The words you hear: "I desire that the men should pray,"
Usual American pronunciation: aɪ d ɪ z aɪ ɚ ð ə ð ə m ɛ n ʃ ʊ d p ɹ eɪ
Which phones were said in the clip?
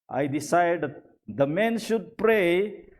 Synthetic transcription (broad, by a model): aɪ d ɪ s aɪ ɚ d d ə m ɛ n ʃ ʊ d p ɹ eɪ